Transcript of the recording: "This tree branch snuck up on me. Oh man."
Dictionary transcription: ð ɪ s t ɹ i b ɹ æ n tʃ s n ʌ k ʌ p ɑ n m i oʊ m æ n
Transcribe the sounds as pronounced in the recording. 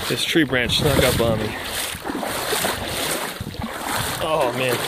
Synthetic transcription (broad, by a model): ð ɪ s t ɹ i b ɹ æ n tʃ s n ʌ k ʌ b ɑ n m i oʊ m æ n